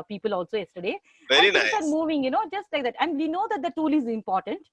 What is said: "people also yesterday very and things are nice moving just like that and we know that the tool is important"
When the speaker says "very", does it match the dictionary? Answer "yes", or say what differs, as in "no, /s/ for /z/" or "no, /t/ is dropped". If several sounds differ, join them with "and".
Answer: no, /ɹ/ is dropped